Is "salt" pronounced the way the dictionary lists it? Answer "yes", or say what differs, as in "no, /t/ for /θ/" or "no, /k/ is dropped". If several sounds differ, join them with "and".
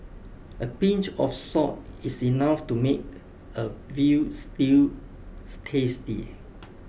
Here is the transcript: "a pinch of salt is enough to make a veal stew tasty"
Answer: no, /l/ is dropped